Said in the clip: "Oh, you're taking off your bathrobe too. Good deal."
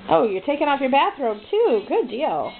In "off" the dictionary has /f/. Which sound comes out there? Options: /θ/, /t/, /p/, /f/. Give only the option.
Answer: /f/